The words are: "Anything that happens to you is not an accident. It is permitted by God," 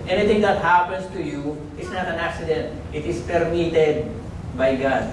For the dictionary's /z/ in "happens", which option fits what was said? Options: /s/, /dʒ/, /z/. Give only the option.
/s/